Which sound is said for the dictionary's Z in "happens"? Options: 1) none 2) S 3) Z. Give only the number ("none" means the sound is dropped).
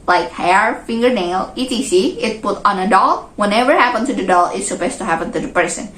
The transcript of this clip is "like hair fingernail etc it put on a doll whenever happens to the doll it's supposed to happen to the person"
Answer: 1